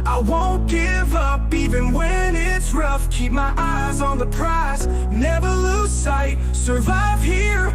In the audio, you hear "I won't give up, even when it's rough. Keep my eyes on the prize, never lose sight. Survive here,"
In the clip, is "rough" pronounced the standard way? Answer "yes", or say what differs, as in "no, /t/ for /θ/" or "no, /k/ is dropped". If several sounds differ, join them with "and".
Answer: yes